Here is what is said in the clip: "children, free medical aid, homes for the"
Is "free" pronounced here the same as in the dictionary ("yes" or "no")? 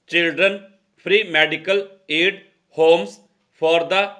no